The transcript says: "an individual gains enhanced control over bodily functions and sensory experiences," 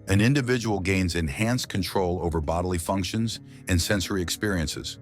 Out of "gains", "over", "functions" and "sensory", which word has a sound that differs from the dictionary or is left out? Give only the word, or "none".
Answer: none